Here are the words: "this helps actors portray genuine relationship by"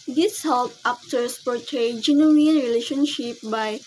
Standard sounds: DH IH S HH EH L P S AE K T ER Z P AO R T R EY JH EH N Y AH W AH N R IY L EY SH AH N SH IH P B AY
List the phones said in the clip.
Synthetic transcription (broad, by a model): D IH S HH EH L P AA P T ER S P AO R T EY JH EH N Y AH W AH N R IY L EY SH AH N SH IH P B AY